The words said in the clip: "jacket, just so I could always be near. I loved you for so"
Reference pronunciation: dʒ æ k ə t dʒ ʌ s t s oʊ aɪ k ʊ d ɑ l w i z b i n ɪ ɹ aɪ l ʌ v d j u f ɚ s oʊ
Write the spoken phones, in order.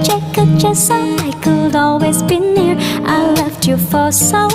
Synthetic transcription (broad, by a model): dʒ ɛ k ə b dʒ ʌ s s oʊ aɪ k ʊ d ɑ l w i z b i n ɪ ɹ aɪ l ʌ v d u f ɚ s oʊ